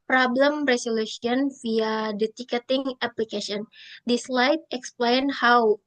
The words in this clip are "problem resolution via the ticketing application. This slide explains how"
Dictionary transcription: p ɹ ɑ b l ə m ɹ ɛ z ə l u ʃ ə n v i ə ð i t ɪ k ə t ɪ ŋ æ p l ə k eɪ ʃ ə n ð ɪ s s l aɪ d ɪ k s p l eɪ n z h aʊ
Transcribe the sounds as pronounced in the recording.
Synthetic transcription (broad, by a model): p ɹ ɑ b l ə m ɹ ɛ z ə l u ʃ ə n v i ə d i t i k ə t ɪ ŋ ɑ p l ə k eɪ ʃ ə n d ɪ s s l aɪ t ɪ k s p l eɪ n h aʊ